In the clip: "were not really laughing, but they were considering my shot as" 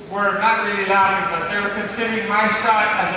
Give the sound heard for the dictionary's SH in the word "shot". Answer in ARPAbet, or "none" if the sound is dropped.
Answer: S